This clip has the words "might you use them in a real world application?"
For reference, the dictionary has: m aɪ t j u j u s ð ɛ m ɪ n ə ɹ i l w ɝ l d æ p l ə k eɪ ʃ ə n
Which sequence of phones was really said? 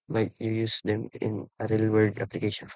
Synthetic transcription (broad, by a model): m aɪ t j u j u s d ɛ m ɪ n ə ɹ i l w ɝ d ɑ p l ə k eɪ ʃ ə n